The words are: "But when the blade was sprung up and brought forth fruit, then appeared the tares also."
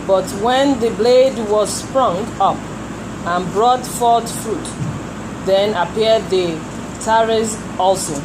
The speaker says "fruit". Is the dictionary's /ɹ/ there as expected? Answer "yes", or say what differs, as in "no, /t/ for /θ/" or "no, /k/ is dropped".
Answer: yes